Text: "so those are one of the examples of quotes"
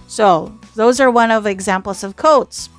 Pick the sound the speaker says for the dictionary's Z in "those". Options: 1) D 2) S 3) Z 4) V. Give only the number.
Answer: 3